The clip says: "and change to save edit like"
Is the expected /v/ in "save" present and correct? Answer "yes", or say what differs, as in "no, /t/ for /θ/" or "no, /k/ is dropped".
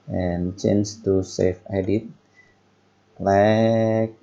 no, /f/ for /v/